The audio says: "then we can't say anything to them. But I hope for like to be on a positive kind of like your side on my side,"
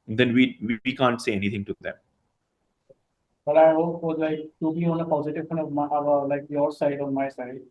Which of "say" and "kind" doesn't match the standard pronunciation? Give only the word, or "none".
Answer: kind